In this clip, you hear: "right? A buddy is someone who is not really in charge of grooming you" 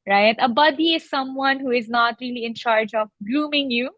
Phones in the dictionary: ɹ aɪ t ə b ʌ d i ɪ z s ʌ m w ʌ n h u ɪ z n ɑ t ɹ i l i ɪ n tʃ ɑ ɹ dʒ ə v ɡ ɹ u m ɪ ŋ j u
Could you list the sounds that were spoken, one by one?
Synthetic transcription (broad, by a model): ɹ aɪ t ə b ʌ d i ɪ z s ʌ m w ʌ n h u ɪ z n ɑ t ɹ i l i ɪ n tʃ ɑ ɹ dʒ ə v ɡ l u m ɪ ŋ j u